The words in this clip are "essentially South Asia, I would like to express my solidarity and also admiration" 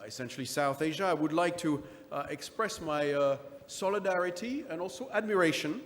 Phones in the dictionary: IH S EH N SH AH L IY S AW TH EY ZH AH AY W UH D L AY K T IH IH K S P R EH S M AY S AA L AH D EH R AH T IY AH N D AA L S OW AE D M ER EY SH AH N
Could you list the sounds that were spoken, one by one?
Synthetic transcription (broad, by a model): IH S EH N SH L IY S AW TH EY ZH AH AY W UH D L AY K T IH IH K S P R EH S M AY S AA L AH D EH R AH T IY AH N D AA L S OW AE D M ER EY SH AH N